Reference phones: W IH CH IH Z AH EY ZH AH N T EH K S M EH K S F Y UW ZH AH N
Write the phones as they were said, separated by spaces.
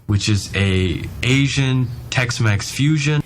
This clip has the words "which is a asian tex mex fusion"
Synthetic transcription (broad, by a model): W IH CH IH Z AH EY ZH AH N T EH K S M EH K S F Y UW ZH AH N